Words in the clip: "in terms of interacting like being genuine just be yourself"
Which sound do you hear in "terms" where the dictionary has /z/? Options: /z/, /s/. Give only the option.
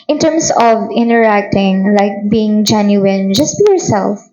/s/